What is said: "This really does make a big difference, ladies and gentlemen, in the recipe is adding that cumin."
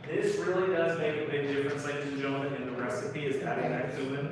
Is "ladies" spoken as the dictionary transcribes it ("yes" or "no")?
no